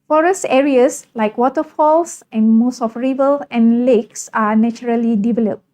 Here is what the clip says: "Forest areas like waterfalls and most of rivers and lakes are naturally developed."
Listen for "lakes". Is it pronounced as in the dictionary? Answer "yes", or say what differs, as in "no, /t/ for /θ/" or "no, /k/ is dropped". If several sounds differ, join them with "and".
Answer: yes